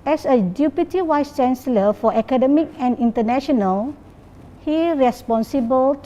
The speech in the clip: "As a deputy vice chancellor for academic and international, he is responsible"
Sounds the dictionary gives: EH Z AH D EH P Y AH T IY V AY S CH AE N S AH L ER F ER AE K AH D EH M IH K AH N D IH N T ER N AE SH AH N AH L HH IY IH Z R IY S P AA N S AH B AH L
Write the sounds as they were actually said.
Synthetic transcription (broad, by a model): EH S AH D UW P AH T IY W AY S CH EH N S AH L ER F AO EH K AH D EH M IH K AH N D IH N T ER N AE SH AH N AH L HH IY R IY S P AA N S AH B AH L